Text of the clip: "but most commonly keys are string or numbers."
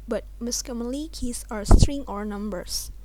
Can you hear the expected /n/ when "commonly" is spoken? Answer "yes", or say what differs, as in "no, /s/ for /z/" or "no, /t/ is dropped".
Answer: no, /n/ is dropped